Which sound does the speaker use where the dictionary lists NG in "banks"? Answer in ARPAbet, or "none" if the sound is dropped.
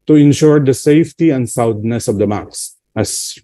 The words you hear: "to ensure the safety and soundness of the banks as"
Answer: none